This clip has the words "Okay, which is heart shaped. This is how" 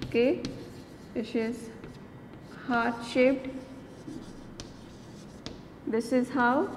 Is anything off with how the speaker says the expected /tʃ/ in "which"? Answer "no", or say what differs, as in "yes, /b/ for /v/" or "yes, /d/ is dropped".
yes, /s/ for /tʃ/